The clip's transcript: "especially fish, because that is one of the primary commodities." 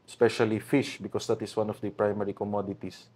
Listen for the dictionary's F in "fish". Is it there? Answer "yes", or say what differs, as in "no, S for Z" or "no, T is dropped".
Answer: yes